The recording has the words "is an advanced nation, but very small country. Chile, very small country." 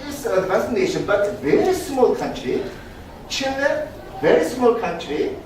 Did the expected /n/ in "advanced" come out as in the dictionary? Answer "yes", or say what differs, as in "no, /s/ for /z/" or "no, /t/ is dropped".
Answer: no, /n/ is dropped